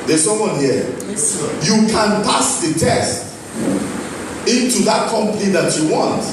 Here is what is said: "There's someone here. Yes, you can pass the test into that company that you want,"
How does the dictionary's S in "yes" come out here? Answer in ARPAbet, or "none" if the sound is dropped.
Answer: none